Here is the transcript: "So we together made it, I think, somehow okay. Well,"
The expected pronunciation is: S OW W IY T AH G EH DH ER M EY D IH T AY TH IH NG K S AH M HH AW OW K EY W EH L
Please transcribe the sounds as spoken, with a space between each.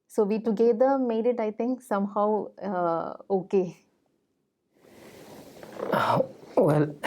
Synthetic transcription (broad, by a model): S OW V IY T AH G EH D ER M EY D IH T AY T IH NG K S AH M HH AW OW K EY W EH L